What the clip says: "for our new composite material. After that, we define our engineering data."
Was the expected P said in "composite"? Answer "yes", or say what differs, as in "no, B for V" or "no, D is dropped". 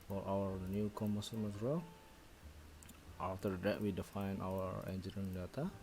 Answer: no, P is dropped